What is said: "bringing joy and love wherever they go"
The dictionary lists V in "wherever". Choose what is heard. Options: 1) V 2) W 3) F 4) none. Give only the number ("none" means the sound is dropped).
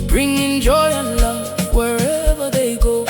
1